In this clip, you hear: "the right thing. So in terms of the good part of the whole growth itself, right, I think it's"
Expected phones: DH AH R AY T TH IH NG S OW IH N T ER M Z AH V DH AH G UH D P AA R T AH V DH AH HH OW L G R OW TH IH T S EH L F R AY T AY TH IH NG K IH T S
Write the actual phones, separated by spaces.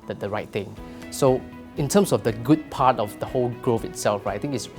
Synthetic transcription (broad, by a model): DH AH R AY T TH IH NG S OW IH N T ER M S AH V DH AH G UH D P AA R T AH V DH AH HH OW L G R OW F IH T S EH L F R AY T AY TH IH NG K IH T S